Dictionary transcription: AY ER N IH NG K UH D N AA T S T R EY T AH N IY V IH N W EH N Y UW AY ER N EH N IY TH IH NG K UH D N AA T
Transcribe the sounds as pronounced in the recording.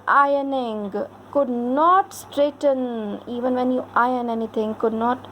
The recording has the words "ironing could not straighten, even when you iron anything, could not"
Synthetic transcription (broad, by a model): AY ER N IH NG K UH D N AA T S T R EY T AH N IY V IH N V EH N Y UW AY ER N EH N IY T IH NG K UH D N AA T